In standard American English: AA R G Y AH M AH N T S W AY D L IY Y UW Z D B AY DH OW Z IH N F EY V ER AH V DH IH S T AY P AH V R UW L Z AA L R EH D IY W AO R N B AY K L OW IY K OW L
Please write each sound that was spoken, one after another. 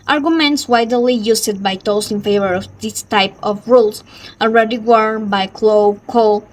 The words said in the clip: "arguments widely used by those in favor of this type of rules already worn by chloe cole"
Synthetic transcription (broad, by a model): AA R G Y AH M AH N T S W AY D L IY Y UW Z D B AY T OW S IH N F EY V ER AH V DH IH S T AY P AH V R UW L S AA L R EH D IY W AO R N B AY K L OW K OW